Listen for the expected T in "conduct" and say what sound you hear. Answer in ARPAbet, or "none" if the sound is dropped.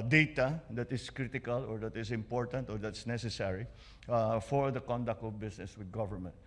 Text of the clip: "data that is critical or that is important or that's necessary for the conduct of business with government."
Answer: T